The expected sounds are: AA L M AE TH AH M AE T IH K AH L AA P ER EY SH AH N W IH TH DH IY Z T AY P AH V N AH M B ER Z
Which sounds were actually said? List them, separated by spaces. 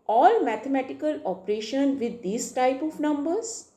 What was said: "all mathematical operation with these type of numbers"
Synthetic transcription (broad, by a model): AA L M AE T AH M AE T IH K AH L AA P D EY SH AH N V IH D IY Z T AY P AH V N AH M B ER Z